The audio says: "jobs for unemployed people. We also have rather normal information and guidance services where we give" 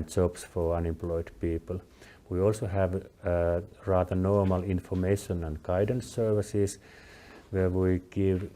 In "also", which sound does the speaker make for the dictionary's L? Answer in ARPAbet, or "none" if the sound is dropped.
L